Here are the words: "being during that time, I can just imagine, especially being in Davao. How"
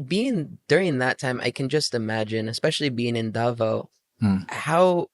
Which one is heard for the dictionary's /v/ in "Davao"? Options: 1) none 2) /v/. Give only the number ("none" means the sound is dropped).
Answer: 2